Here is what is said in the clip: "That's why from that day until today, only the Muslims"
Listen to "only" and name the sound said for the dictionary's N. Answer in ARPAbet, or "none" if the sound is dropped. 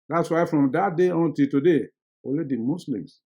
none